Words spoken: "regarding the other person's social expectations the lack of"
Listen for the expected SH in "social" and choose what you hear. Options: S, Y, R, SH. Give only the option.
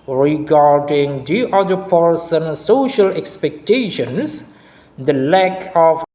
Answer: SH